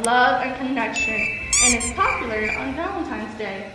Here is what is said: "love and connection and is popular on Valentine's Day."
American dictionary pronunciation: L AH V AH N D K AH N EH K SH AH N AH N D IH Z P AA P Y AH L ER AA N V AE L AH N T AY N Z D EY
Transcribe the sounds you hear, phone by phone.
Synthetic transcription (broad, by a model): L AH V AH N K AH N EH K SH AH N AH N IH S P AA P Y L ER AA N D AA AH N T AY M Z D EY